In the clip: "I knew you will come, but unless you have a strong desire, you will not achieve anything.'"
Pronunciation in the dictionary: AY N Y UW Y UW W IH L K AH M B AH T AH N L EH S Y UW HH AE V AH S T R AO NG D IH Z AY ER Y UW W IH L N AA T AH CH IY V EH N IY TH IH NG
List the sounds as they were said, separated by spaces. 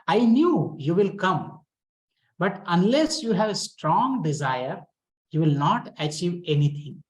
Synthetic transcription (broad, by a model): AY N Y UW Y UW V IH L K AH M B AH T AH N L EH S Y UW HH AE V AH S T R AO NG D IH Z AY ER Y UW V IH L N AA T AH CH IY V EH N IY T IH NG